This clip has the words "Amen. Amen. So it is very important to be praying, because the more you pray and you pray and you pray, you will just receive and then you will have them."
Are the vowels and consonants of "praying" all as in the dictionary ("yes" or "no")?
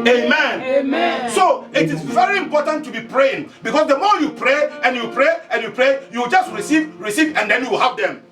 yes